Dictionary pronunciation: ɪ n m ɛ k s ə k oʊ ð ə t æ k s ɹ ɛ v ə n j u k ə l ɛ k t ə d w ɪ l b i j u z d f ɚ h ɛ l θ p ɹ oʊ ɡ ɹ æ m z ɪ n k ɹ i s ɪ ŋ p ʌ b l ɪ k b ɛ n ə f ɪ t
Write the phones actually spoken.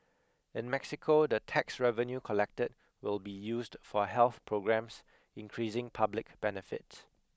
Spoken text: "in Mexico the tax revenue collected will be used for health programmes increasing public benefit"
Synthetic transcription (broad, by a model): ɪ n m ɛ k s ə k oʊ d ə t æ k s ɹ ɛ v ə n j u k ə l ɛ k t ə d w ɪ l b i j u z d f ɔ h ɛ l θ p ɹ oʊ ɡ ɹ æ m s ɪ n k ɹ i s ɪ ŋ p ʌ b l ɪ k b ɛ n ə f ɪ t